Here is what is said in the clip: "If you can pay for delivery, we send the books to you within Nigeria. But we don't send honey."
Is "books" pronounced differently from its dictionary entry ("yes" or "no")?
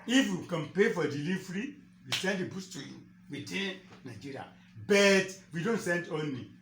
yes